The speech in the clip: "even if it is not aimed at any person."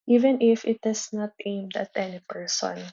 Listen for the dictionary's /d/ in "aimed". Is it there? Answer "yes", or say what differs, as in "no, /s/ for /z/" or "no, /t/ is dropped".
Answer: yes